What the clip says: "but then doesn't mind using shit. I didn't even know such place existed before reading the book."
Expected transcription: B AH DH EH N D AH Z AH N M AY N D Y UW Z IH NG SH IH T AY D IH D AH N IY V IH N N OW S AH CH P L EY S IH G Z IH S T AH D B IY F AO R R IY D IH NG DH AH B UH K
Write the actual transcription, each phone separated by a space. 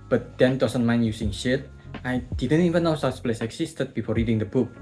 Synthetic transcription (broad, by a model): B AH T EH N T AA S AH N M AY N Y UW S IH NG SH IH T AY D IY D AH N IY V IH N N OW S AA S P L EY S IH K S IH S T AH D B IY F AO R R IY D IH NG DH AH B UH K